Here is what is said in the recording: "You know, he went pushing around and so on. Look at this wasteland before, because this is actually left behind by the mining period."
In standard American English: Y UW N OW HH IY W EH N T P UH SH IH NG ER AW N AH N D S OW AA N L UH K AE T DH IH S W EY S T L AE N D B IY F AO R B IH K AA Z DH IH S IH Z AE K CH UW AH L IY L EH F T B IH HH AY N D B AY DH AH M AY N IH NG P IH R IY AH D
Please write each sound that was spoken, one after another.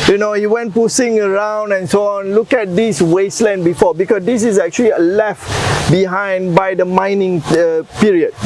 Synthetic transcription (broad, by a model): Y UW N OW HH IY W EH N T P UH S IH NG ER AW N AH N S OW AA N L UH K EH T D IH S W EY S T L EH N B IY F AO B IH K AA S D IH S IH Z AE K CH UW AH L IY L EH F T B IH HH AY N D B AY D AH M AY N IH NG P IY R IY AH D